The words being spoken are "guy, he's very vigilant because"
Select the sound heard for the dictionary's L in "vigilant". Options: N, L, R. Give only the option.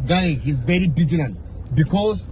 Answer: N